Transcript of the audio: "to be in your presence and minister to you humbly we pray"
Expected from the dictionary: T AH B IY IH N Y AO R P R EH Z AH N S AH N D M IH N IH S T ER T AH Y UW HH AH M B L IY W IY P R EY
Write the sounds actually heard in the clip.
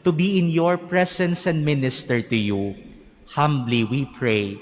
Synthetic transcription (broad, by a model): T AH B IY IH N Y AO R P R EH S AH N S AH N D M IH N IH S T ER T AH Y UW HH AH M B L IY W IY P R EY